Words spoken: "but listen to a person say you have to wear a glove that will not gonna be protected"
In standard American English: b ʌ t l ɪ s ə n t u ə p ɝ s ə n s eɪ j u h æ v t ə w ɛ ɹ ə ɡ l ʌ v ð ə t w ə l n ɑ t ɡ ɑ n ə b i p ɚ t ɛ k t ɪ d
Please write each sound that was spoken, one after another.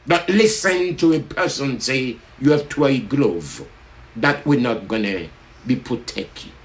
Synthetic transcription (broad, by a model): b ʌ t l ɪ s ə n t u ə p ɝ s ə n s eɪ j u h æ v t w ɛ ə ɡ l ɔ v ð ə t w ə n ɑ t ɡ ɑ n ə b i p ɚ t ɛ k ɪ